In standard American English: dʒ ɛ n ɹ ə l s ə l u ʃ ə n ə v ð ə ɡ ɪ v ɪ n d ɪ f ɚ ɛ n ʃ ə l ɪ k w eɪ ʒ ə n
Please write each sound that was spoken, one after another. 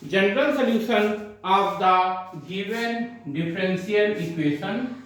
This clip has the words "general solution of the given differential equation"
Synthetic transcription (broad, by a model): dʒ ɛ n ɹ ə l s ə l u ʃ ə n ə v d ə ɡ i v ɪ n d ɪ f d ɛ n s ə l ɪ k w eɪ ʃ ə n